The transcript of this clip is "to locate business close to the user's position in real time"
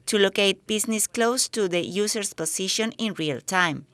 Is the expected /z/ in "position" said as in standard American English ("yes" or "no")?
no